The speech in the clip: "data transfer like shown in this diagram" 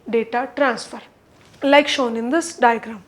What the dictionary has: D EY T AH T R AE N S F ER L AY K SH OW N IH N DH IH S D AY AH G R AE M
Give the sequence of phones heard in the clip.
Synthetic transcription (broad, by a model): D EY T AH T R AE N S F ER L AY K SH OW N IH N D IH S D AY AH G R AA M